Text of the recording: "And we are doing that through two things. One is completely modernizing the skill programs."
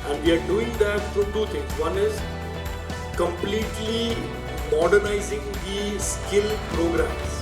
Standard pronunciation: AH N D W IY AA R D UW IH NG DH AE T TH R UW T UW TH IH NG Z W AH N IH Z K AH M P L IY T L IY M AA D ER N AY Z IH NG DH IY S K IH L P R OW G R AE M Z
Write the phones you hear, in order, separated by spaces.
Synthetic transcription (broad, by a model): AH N D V IY AA R D UW IH NG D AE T F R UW T UW T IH NG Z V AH N IH Z K AH M P L IY T L IY M AA D ER N AY Z IH NG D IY S K IH L P R OW G R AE M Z